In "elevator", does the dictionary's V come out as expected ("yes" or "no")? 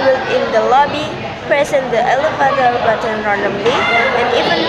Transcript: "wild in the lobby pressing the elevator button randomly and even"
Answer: no